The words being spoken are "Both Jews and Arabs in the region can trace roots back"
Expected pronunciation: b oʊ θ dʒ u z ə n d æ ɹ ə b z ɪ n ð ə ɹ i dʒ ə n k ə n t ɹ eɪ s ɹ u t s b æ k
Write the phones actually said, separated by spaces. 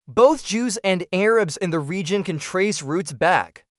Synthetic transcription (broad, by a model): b oʊ θ dʒ u z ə n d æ ɹ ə b z ɪ n ð ə ɹ i dʒ ə n k ə n t ɹ eɪ s ɹ u t s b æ k